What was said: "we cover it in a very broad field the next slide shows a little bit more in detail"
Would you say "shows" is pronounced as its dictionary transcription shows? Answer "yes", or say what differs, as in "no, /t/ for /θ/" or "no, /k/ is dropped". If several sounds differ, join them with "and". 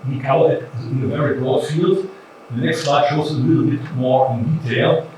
no, /z/ is dropped